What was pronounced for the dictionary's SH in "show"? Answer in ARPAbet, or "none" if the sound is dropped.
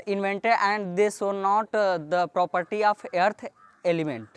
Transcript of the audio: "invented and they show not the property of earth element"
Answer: S